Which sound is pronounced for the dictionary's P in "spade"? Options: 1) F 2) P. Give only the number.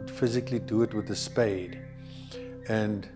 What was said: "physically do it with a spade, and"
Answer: 2